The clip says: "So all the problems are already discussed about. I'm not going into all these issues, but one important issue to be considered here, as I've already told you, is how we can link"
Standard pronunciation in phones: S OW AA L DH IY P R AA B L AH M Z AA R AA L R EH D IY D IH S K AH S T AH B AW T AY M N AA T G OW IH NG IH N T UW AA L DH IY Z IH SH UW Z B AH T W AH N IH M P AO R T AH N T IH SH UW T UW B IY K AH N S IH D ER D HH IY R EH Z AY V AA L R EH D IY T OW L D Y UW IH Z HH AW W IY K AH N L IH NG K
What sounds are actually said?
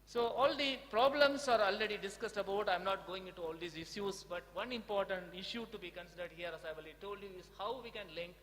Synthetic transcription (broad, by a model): S OW AA L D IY P R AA B L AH M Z AA R AA L R EH D IY D IH S K AH S T AH B AW T AY M N AA T G OW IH NG IH N T UW AA L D IY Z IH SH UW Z B AH T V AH N IH M P AO R T AH N T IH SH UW T UW B IY K AH N S IH D ER D HH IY R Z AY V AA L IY T OW L D Y UW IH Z HH AW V IY K AH N L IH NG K